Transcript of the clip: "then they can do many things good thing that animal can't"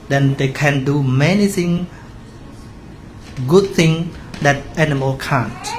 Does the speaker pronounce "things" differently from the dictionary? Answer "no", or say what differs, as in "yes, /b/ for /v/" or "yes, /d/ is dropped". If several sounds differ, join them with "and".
yes, /z/ is dropped